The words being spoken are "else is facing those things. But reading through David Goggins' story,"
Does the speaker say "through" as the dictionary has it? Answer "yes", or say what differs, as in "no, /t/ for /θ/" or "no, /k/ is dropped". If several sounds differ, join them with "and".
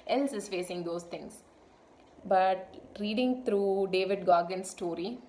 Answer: no, /t/ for /θ/